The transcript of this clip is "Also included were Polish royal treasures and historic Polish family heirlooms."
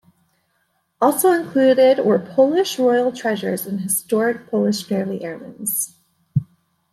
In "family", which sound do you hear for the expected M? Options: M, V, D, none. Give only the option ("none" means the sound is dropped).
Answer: none